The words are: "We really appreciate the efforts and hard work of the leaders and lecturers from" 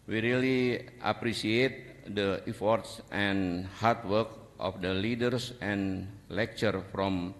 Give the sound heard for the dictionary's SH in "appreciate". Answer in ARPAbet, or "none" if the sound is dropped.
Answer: S